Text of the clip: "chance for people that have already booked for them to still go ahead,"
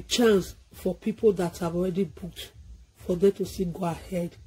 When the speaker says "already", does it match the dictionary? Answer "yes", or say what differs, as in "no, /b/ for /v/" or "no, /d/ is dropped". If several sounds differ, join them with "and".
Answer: yes